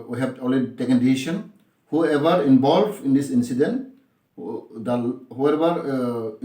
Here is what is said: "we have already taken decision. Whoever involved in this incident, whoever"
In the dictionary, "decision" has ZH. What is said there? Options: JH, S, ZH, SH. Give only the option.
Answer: SH